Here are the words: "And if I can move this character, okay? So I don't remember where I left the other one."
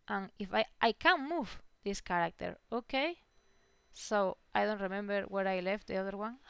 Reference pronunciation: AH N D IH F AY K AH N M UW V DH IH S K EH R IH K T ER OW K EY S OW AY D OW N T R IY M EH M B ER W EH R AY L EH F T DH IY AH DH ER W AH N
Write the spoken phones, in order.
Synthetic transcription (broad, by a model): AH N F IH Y AY K AH N M UW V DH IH S K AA R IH K T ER OW K EY S OW AY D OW N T R IY M EH M B ER W EH R AY L EH F T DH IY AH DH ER W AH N